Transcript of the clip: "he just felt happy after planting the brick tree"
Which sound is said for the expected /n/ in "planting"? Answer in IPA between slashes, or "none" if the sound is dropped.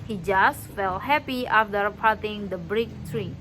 none